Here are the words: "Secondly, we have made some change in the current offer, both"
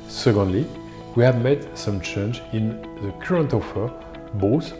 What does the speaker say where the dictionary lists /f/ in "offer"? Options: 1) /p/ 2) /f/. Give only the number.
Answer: 2